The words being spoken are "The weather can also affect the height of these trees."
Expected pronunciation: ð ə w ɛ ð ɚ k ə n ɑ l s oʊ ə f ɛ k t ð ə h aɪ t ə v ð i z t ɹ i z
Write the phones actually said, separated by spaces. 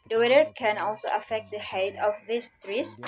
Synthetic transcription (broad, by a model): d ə w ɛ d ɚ k ə n ɑ l s oʊ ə f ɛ k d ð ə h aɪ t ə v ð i s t ɹ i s